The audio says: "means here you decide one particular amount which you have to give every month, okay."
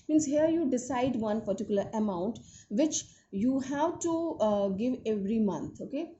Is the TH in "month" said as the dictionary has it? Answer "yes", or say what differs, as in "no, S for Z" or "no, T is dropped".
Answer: no, T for TH